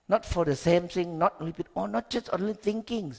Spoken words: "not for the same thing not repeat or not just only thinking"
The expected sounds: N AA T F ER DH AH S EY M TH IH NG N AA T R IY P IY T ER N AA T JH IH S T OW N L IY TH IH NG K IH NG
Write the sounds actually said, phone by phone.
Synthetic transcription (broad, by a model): N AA T F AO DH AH S EY M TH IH NG N AA T L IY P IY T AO N AA T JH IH S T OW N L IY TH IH NG K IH NG